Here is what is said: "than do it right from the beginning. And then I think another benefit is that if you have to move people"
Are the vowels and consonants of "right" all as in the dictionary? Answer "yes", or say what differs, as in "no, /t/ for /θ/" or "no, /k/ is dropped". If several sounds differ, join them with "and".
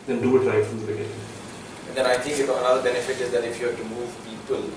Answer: no, /l/ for /ɹ/